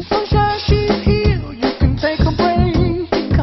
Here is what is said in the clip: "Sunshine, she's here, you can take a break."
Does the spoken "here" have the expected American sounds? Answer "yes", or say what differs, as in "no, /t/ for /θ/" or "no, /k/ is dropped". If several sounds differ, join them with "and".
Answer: no, /l/ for /ɹ/